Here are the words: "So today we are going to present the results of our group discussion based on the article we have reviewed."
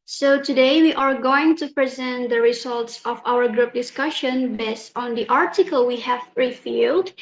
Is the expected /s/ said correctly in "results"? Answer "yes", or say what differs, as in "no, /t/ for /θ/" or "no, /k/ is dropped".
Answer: yes